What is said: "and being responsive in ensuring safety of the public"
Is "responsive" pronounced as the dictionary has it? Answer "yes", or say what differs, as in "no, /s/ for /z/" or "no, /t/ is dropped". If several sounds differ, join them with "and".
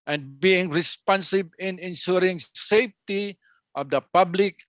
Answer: no, /b/ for /v/